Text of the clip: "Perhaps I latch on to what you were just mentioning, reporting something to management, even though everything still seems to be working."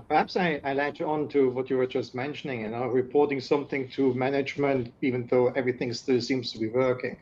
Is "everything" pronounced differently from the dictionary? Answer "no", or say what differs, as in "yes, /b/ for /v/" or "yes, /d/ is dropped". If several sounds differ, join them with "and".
no